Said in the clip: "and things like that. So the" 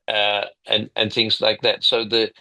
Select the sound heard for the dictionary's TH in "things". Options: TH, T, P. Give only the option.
TH